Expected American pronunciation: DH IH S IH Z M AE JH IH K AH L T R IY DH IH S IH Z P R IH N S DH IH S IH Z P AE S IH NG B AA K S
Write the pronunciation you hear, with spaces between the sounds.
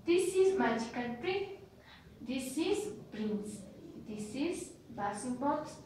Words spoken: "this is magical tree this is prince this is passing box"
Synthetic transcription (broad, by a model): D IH S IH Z M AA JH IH K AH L T R IY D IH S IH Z B R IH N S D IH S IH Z B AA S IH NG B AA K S